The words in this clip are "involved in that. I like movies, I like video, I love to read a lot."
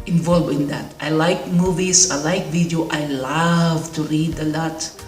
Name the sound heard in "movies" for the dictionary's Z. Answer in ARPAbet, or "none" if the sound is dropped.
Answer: S